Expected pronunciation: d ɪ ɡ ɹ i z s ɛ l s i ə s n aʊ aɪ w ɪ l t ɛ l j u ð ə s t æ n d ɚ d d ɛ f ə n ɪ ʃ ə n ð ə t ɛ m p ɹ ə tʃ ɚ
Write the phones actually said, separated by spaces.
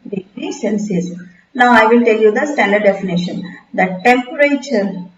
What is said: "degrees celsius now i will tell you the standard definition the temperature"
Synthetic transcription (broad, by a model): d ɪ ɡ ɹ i s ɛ n s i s n aʊ aɪ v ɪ l t ɛ l j u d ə s t æ n d ɚ d d ɛ f ə n ɪ ʃ ə n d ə t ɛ m p ɹ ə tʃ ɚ